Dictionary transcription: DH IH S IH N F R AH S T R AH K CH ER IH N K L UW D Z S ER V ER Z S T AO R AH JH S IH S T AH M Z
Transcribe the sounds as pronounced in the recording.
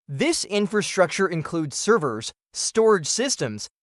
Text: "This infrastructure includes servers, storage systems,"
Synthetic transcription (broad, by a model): DH IH S IH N F R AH S T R AH K CH ER IH N K L UW D Z S ER V ER Z S T AO R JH S IH S T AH M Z